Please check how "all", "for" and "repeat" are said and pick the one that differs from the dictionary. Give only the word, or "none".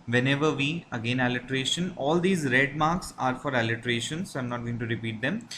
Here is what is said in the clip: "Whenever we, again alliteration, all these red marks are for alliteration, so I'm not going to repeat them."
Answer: none